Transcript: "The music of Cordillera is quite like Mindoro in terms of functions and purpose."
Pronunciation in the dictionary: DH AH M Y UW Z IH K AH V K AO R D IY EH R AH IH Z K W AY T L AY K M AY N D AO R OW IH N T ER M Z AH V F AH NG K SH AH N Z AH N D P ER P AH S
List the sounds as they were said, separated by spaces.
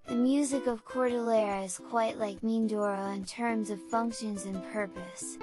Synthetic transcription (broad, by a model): DH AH M Y UW Z IH K AH V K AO R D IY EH R IH Z K W AY T L AY K M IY N D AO R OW IH N T ER M Z AH V F AH NG K SH AH N Z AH N P ER P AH S